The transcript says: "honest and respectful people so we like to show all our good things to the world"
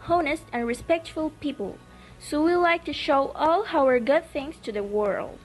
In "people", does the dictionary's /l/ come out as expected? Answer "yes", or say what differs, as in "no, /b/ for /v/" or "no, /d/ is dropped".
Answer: yes